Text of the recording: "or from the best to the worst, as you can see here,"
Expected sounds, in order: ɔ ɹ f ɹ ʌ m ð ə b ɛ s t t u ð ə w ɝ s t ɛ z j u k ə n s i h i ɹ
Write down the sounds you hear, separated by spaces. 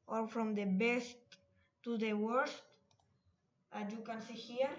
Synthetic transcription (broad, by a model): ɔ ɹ f ɹ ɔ m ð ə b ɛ s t t u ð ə w ɝ s t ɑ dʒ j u k ə n s i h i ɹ